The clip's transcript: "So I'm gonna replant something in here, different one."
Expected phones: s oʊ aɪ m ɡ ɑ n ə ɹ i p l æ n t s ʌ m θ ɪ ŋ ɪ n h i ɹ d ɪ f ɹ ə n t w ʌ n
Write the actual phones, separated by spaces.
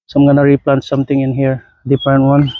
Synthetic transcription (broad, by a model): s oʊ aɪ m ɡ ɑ n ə ɹ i p l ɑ n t s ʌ m t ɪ ŋ ɪ n h i ɹ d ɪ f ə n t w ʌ n